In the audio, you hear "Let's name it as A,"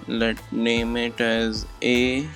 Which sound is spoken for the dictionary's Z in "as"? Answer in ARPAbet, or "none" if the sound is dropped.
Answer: Z